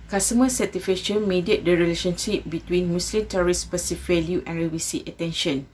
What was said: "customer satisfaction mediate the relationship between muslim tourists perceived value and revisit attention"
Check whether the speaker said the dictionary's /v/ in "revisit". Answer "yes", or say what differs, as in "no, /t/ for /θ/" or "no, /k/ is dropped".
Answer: no, /w/ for /v/